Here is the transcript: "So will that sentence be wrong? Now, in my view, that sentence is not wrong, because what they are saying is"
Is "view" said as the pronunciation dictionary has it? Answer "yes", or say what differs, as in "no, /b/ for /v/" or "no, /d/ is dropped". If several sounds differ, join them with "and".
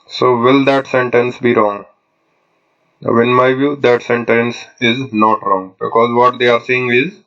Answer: yes